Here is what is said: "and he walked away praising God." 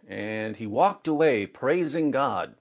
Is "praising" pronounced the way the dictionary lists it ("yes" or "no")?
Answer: yes